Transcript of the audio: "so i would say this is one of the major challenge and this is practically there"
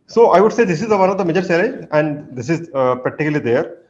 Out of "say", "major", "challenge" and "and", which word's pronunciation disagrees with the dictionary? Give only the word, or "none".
challenge